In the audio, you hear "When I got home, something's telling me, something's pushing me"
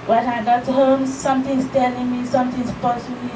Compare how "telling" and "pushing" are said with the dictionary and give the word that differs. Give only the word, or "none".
pushing